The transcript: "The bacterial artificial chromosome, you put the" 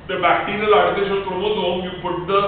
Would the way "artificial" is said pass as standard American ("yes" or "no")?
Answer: no